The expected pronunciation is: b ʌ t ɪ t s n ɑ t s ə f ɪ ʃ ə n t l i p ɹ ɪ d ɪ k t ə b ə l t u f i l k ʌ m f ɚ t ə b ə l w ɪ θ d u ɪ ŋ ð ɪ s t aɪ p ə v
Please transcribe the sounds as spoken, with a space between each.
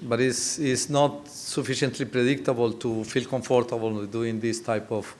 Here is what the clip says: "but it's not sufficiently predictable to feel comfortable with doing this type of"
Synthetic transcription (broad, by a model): b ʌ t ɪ s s n ɑ t s ə f ɪ ʃ ə n t l i p ɹ ɪ d ɪ k t ə b ə l t u f i l k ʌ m f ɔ t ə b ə l d u ɪ ŋ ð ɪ s t aɪ p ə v